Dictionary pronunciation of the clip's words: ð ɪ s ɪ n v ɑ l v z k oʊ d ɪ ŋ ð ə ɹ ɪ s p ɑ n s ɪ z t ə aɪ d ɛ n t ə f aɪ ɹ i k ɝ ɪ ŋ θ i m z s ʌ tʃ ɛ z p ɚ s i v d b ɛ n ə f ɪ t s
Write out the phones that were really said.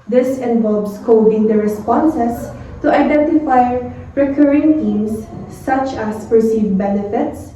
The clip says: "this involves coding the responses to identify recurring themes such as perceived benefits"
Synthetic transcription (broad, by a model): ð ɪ s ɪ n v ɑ l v s k oʊ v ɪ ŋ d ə ɹ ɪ s p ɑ n s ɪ s t ə aɪ d ɛ n t ə f aɪ ɹ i k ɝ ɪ ŋ t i m s ʌ tʃ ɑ s p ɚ s i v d b ɛ n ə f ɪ t s